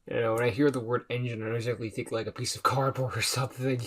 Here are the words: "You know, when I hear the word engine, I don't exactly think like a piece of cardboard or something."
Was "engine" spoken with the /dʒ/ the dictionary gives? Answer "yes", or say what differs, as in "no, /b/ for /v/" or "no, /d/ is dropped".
yes